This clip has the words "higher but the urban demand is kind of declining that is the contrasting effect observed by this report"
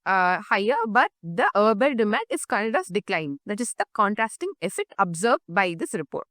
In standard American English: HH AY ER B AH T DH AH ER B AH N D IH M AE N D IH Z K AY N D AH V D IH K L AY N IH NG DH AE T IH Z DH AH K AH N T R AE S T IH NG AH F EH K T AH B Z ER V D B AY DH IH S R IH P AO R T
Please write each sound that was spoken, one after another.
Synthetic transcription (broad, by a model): HH AY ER B AH T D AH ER B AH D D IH M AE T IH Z K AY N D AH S D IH K L AY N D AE T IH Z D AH K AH N T R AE S T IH NG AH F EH T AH B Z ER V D B AY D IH S R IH P AO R T